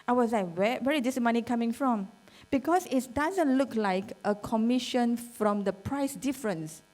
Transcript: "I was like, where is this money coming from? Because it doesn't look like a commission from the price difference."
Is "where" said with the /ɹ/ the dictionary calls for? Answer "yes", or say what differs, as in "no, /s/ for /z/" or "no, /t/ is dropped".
no, /w/ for /ɹ/